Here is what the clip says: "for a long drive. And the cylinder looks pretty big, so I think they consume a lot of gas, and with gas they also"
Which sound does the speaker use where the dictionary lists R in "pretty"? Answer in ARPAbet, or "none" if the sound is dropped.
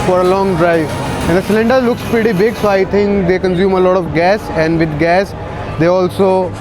none